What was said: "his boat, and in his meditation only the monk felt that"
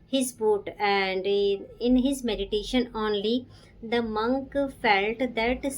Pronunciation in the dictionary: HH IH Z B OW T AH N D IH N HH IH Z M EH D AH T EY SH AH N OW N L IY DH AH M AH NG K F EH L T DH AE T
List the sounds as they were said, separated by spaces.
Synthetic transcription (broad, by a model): HH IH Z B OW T AH N D IH N HH IH Z M EH D AH T EY SH AH N OW N L IY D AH M AH NG K F EH L T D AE T